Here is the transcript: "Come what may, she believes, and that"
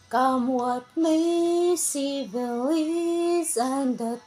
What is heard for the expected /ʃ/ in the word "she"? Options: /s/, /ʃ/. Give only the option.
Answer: /s/